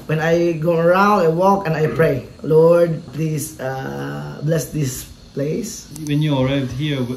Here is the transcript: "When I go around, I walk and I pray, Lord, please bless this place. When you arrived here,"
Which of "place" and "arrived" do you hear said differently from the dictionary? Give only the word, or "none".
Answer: arrived